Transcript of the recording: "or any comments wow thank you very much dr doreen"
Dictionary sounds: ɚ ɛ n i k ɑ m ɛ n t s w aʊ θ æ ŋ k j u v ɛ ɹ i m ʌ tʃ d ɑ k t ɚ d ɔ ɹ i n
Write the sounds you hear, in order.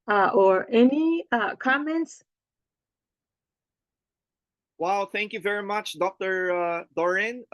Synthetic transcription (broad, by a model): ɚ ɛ n i k ɑ m ɛ n t s w aʊ θ æ ŋ k j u v ɛ ɹ i m ʌ tʃ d ɑ k t ɚ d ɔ ɹ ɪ n